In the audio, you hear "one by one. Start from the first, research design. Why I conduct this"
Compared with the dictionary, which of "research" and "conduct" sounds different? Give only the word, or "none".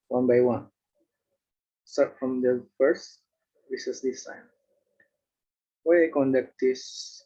research